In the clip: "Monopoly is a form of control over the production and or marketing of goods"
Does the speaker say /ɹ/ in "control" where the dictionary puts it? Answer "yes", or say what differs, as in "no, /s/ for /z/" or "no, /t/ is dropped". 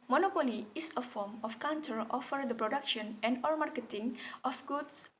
no, /ɹ/ is dropped